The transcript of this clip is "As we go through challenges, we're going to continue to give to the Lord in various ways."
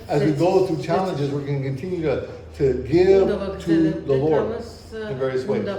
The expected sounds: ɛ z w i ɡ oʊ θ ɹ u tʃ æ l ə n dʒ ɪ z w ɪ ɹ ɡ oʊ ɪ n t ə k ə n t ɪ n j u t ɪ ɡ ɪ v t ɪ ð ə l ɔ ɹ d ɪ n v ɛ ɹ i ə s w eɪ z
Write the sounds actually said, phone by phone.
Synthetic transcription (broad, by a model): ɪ z w i ɡ oʊ θ ɹ u tʃ æ l ə n dʒ ɪ z w ɪ ɹ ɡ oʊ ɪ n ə k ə n t ɪ n j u t ɪ ɡ ɪ v t ɪ ð ə l ɔ ɹ d ɪ n v ɛ ɹ i ə s w eɪ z